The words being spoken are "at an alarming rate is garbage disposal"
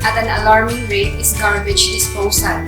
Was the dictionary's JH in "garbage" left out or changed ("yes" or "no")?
yes